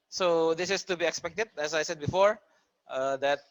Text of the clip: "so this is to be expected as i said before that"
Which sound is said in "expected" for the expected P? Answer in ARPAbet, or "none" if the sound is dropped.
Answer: P